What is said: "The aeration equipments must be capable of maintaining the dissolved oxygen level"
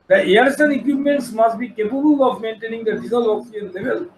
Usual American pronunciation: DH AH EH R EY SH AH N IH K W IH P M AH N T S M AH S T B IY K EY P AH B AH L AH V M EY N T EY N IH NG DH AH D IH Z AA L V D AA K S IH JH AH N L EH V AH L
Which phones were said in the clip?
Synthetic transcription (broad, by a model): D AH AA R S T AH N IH K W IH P M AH N T S M AH S T B IY K EY P AH B AH L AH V M EY N T EY N IH NG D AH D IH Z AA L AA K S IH AH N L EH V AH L